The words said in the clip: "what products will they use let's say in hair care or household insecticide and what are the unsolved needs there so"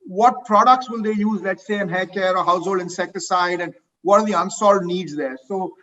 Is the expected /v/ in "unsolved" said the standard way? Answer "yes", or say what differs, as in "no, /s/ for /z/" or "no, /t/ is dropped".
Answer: no, /v/ is dropped